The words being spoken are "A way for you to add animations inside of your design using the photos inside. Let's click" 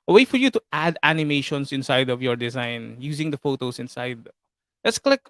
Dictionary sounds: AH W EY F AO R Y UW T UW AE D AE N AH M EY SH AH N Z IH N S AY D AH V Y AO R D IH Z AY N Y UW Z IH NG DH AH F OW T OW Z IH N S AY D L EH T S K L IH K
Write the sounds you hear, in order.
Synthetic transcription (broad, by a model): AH W EY F AO R Y UW T UW AE D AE N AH M EY SH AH N S IH N S AY D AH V Y AO R D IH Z AY N Y UW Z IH NG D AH F OW T OW S IH N S AY D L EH T S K L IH K